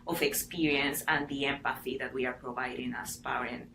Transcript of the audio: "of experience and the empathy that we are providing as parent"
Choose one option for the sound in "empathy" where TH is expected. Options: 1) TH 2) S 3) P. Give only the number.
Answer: 1